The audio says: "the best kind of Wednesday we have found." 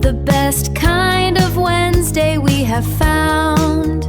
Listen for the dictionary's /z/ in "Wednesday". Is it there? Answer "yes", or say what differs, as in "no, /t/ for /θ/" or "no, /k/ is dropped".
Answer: yes